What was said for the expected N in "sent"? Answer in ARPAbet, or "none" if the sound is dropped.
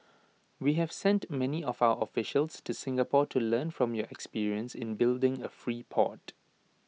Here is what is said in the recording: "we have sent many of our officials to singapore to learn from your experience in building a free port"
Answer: N